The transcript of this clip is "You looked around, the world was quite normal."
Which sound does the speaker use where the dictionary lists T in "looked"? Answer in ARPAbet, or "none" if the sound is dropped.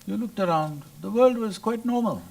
T